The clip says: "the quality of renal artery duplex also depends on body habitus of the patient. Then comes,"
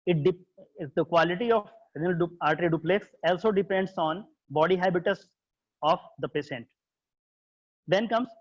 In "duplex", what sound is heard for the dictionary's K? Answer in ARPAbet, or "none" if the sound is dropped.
K